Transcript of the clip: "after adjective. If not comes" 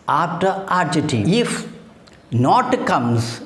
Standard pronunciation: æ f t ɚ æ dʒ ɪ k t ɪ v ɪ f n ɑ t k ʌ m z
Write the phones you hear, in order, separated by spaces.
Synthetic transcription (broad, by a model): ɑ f t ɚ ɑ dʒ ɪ t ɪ ɪ f n ɑ t k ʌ m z